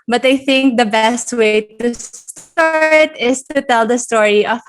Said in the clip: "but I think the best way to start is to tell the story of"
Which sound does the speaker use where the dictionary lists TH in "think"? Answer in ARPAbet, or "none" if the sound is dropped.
TH